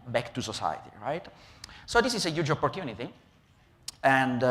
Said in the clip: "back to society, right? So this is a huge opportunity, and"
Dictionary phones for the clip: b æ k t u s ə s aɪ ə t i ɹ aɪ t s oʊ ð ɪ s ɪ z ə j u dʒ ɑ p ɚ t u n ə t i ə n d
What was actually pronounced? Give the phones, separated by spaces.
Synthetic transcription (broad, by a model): b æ k t u s ə s aɪ ə t i ɹ aɪ t s oʊ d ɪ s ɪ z ə j u dʒ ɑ p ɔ t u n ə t i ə n d